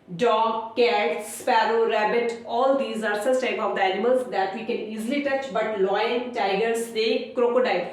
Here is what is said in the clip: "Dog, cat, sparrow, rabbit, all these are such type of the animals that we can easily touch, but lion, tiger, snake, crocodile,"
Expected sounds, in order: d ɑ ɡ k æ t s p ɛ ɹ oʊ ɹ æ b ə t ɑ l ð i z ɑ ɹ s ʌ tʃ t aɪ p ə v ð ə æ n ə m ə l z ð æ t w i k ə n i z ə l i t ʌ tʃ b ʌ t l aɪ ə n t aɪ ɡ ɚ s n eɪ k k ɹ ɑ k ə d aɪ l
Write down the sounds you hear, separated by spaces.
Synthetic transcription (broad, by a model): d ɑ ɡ k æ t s p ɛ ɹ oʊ ɹ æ b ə t ɑ l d i z ɑ ɹ s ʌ s t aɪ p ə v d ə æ n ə m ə l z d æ t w i k ə n i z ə l i t ʌ tʃ b ʌ t l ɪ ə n t aɪ ɡ ɚ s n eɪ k k ɹ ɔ k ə d aɪ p